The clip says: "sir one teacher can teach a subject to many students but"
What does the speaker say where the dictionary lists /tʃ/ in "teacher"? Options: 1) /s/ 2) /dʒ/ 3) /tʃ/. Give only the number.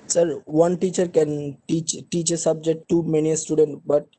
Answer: 3